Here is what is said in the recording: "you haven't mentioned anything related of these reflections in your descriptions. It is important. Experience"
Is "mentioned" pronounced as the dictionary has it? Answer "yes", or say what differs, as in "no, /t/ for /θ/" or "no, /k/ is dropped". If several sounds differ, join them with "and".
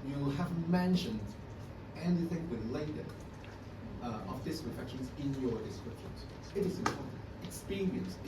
yes